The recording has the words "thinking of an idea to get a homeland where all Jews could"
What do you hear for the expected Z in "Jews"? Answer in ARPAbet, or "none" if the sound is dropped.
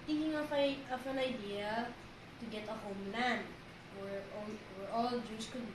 S